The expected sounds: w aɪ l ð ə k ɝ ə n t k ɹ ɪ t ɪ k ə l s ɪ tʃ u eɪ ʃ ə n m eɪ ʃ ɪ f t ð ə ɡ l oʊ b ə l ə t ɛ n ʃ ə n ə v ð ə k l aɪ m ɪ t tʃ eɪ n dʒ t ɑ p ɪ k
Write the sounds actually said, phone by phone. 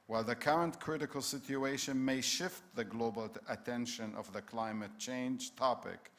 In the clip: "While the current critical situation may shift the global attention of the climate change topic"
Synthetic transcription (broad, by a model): w aɪ l ð ə k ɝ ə n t k ɹ ɪ t ɪ k ə l s ɪ tʃ u eɪ ʃ ə n m eɪ ʃ ɪ f t ð ə ɡ l oʊ b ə l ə t ɛ n ʃ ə n ə v ð ə k l aɪ m ɪ t tʃ eɪ n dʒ t ɑ p ɪ k